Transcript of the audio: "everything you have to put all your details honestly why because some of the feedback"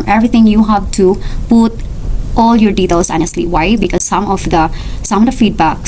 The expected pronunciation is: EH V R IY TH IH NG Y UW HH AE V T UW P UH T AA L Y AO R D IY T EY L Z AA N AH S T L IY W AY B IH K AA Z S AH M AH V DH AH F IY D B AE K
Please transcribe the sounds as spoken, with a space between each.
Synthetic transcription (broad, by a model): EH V R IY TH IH NG Y UW HH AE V T UW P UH T AA L Y AO R D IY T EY L S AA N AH S T L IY W AY B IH K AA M S AH M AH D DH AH F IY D B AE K